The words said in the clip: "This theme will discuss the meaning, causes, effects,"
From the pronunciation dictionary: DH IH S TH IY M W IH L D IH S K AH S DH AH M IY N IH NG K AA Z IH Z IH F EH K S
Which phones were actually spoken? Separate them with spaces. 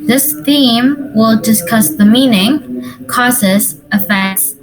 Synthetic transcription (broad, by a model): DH IH S TH IY M W IH L D IH S K AH S DH AH M IY N IH NG K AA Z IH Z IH F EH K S